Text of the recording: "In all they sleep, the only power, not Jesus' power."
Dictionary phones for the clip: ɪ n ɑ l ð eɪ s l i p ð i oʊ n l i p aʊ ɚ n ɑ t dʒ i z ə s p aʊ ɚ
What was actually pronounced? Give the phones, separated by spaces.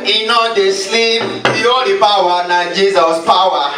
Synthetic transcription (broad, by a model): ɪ n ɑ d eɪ s l i p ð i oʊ l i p aʊ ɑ n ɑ dʒ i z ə s p aʊ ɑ